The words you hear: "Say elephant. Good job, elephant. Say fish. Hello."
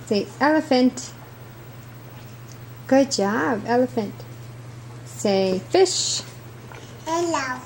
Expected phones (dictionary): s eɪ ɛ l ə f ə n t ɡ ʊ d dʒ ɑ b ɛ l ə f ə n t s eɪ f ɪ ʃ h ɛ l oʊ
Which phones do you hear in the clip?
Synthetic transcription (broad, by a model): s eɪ ɛ l ə f ə n t ɡ ʊ d dʒ ɑ b ɛ l ə f ə n t s eɪ f ɪ ʃ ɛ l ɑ